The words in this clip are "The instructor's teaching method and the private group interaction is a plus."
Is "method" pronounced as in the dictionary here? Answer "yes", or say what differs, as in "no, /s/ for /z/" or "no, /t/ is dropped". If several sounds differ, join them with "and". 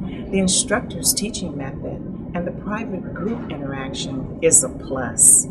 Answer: yes